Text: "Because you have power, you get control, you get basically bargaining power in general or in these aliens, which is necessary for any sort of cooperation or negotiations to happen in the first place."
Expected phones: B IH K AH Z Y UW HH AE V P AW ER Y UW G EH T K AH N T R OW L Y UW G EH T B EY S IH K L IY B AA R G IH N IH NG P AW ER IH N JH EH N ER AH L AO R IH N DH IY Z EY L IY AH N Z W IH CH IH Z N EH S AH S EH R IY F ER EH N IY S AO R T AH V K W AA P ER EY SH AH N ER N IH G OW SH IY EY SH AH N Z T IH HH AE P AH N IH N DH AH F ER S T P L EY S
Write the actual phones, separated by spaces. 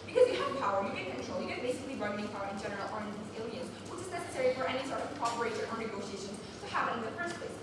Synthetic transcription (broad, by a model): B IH K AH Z Y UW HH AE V P AW ER Y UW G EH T K AH N T R OW L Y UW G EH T B EY S IH K L IY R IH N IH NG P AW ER IH N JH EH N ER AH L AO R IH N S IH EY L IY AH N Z W IH CH IH Z N EH S AH S EH R IY F ER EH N IY S AO R T AH V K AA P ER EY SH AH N ER N IH G OW SH IY EY SH AH N Z T IH HH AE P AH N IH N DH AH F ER S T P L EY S